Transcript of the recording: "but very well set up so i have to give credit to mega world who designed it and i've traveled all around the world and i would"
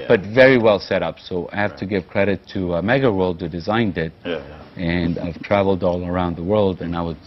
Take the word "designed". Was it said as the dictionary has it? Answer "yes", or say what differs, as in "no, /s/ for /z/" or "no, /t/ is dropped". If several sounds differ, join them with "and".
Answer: yes